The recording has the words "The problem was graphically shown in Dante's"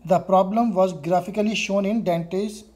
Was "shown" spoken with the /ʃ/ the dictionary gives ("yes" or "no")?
yes